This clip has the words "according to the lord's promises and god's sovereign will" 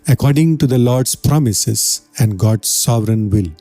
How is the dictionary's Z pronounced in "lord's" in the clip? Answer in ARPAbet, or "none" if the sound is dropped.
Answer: S